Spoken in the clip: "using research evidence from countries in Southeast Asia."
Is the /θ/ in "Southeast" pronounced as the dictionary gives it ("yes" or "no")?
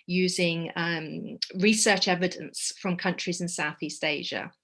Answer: yes